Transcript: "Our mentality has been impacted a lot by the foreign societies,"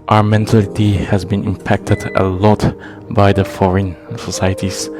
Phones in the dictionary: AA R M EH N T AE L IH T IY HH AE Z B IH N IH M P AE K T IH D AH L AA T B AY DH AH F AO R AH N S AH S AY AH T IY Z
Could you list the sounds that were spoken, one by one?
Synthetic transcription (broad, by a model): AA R M EH N T AE L IH T IY HH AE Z B IH N IH M P AE K T IH D AH L AA T B AY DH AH F AO R AH N S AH S AY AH T IY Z